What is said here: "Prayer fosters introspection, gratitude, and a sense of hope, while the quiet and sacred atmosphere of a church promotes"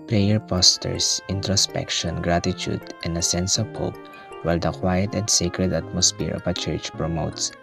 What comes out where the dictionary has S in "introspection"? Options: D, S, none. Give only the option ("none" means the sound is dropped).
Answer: S